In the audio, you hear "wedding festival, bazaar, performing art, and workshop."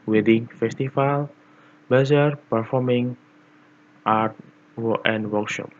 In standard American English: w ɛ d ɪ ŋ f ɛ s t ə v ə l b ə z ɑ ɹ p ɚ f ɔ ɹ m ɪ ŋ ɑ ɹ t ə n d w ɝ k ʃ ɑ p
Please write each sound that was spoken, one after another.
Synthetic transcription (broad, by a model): w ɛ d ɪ ŋ f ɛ s t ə f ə l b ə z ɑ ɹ p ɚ f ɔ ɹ m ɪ ŋ ɑ ɹ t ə n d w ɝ k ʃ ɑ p